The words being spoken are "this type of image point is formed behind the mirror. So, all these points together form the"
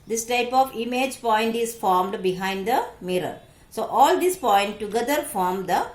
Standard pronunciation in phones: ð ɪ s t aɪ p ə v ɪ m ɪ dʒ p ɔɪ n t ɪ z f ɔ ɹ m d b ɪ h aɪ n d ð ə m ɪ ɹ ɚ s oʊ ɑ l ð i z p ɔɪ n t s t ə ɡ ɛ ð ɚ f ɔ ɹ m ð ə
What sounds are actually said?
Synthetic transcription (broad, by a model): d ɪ s t aɪ p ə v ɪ m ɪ dʒ p ɔɪ n t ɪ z f ɔ ɹ m d b ɪ h aɪ n d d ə m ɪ ɹ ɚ s oʊ ɑ l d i s p ɔɪ n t t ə ɡ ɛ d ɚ f ɔ ɹ m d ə